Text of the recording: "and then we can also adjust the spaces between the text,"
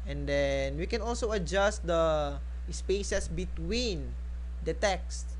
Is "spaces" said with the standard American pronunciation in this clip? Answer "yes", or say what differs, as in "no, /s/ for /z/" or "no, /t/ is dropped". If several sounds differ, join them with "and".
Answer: no, /s/ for /z/